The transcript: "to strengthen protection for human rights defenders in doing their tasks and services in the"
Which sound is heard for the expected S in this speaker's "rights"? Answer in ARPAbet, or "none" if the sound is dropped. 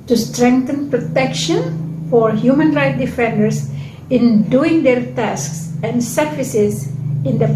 none